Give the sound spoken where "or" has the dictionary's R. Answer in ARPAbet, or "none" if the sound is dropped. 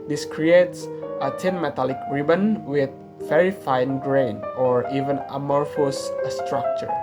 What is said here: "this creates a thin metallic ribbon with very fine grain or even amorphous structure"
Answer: R